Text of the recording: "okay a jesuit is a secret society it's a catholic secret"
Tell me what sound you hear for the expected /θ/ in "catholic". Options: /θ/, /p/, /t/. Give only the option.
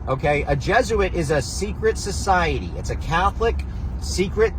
/θ/